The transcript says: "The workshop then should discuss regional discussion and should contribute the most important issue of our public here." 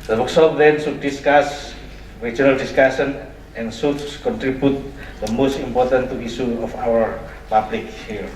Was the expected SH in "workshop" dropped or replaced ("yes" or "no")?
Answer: yes